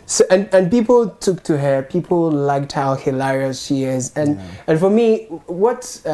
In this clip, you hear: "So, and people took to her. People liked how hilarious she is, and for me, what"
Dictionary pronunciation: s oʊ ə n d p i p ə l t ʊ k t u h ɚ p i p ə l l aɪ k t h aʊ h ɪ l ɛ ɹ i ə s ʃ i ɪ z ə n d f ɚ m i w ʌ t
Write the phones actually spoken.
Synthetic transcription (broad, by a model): s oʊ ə n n p i p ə l t ʊ k t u h ɚ p i p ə l l aɪ k t h aʊ h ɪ l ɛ ɹ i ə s ʃ i ɪ z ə n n f ɚ m i w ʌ t